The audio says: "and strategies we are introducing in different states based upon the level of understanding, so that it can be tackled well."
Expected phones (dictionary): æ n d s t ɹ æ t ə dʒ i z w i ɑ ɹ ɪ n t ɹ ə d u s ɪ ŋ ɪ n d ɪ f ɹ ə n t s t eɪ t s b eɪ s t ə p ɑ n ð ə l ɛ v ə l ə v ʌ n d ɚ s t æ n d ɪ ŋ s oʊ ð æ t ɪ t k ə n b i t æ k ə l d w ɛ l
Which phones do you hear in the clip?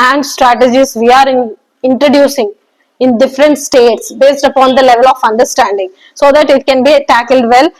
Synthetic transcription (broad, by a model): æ n d s t ɹ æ t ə dʒ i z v i ɑ ɹ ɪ n t ɹ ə d u s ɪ ŋ ɪ n d ɪ f ɹ ə n t s t eɪ t s b eɪ s t ə p ɑ n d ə l ɛ v ə l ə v ʌ n d ɚ s t æ n d ɪ ŋ s oʊ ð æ t ɪ t k ə n b i t æ k ə l d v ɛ l